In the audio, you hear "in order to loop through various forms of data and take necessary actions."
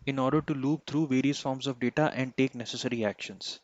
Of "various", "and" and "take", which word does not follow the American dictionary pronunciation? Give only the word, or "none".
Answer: none